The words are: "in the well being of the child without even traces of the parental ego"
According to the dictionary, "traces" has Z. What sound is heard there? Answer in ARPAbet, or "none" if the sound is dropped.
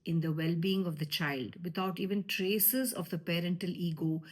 Z